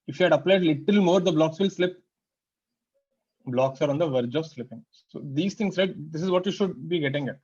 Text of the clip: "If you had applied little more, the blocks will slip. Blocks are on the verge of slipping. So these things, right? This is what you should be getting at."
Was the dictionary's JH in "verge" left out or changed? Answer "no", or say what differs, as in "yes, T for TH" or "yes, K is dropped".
no